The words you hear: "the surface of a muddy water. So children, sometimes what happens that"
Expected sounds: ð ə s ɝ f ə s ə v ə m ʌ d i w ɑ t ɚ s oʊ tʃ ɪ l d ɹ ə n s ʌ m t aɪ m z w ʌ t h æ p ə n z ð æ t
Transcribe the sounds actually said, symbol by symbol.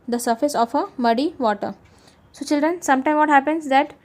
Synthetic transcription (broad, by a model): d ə s ɝ f ə s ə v ə m ʌ d i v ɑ t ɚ s oʊ tʃ ɪ l d ɹ ə n s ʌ m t aɪ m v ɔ t h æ p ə n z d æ t